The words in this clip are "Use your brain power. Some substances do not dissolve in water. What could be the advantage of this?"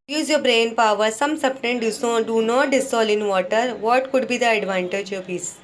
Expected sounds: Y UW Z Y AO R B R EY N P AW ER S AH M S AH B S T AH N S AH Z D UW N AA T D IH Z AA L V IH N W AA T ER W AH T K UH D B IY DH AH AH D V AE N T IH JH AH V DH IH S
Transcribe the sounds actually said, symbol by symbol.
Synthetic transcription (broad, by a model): Y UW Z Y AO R B R EY N P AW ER S AH M S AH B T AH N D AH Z D UW N AA T D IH S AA L IH N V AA T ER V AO T K UH D B IY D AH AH D V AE N T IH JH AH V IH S